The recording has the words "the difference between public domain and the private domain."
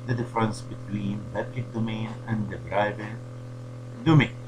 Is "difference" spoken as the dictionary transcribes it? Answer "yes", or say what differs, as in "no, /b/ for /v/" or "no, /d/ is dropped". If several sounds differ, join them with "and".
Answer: yes